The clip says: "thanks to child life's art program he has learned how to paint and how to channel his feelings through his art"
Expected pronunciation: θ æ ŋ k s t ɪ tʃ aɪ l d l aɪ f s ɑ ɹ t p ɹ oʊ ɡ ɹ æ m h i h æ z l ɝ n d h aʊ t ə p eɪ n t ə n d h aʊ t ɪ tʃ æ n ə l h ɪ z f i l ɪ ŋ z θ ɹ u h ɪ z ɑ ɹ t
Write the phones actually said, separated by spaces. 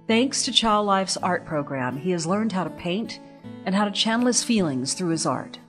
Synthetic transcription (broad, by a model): θ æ ŋ k s t ɪ tʃ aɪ l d l aɪ f s ɑ ɹ t p ɹ oʊ ɡ ɹ æ m i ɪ z l ɝ n d h aʊ t ə p eɪ n t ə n h aʊ t ɪ tʃ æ n l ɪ s f i l ɪ ŋ z θ ɹ u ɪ z ɑ ɹ t